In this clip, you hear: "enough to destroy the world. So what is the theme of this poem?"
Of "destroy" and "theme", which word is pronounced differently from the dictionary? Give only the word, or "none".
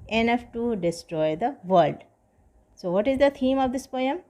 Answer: theme